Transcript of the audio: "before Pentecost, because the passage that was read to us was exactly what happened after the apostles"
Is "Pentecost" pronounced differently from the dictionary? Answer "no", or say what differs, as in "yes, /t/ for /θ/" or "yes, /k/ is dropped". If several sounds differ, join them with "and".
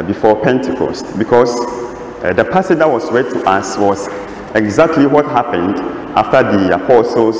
no